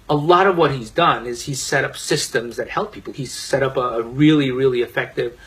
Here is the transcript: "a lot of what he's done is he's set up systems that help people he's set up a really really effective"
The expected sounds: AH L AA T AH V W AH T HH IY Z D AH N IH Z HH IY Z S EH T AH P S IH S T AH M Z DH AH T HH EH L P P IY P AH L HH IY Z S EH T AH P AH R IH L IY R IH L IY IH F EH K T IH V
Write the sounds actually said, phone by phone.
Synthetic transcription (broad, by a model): AH L AA T AH V W AH T HH IY Z D AH N IH Z HH IY Z S EH T AH P S IH S T AH M Z DH AH T HH EH L P P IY P L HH IY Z S EH T AH P AH R IH L IY R IH L IY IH F EH K T IH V